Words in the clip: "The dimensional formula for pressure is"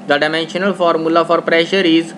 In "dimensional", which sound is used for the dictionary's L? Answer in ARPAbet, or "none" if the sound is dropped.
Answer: L